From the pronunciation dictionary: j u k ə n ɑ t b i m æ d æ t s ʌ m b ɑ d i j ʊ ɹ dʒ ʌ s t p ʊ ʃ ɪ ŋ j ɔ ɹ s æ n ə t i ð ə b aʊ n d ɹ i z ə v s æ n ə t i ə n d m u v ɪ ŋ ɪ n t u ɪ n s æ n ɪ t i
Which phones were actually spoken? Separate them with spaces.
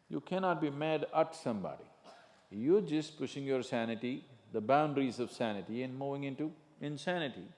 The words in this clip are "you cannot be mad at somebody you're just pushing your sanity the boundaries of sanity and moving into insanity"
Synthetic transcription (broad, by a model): j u k ə n ɑ t b i m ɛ d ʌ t s ʌ m b ɑ d i j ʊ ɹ dʒ ʌ s t p ʊ ʃ ɪ ŋ j ɔ ɹ s æ n ə t i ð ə b aʊ n d ɹ i z ə v s æ n ə t i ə n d m u v ɪ ŋ ɪ n t u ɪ n s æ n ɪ t i